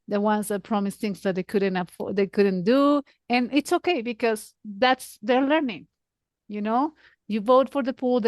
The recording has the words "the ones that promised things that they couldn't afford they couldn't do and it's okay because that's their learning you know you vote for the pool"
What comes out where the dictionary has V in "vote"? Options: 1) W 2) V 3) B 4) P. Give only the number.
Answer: 2